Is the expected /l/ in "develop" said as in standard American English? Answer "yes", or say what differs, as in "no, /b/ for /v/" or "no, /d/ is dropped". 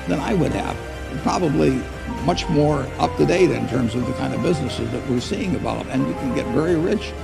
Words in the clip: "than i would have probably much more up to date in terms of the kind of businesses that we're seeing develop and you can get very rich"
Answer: no, /l/ is dropped